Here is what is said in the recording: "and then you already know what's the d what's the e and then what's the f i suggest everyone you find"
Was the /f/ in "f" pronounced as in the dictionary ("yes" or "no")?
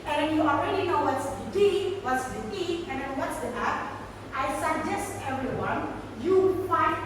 no